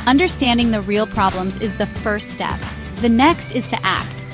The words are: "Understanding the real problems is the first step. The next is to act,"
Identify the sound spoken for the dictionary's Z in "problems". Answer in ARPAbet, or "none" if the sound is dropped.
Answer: Z